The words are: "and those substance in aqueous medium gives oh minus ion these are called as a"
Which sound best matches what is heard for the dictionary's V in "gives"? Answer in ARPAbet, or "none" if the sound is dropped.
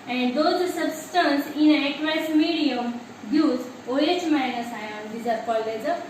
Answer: none